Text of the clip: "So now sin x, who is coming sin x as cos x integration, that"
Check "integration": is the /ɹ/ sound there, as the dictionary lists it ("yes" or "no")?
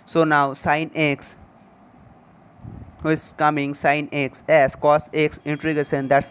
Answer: no